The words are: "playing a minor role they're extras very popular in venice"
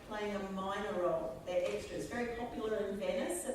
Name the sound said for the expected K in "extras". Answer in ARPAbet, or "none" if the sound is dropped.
K